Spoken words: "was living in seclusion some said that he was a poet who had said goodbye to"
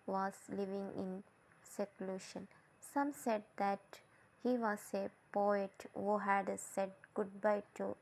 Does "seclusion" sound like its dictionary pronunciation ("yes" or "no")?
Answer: no